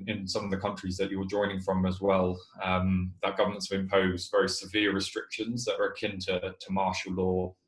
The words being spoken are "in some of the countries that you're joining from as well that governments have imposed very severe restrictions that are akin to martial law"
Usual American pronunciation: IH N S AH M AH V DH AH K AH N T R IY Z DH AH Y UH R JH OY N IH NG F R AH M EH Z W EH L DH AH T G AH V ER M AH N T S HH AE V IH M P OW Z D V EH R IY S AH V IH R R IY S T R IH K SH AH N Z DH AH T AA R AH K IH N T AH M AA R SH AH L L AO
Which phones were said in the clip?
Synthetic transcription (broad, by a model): IH N S AH M AH V DH AH K AH N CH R IY Z DH AH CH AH W JH OY N IH NG F R AH M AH Z W EH L DH AH T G AH V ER M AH N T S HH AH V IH M P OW Z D V EH R IY S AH V IH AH R IY S T R IH K SH AH N Z DH AH T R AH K IH N T AH M AA SH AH L L AO